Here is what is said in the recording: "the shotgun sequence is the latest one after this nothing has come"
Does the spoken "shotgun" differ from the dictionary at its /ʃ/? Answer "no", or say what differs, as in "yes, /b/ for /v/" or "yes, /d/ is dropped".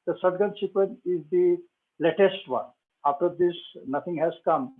yes, /s/ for /ʃ/